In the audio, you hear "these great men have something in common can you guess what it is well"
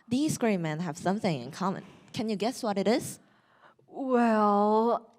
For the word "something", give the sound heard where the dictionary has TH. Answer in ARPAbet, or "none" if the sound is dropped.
TH